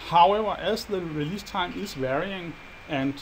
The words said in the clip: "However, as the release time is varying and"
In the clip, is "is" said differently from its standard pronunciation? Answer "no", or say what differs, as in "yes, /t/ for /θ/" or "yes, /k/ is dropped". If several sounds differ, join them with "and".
yes, /s/ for /z/